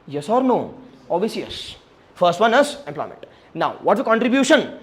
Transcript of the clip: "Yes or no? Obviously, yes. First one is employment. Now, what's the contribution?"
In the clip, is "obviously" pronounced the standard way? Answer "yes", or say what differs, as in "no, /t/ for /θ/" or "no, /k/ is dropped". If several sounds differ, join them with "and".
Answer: no, /l/ is dropped